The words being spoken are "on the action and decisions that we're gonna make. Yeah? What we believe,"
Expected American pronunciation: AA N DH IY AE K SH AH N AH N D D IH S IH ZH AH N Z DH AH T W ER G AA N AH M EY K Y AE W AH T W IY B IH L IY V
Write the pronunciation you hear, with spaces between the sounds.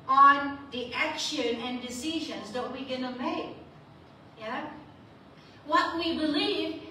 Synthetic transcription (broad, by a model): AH N DH IY AE K SH AH N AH N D D IH S IH ZH AH N Z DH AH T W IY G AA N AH M EY K Y AE W AH T W IY B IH L IY V